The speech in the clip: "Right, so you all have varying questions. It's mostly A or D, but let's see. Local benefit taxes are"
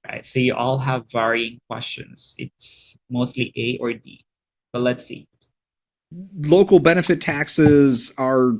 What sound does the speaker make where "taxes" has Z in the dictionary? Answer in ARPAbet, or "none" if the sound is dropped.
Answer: Z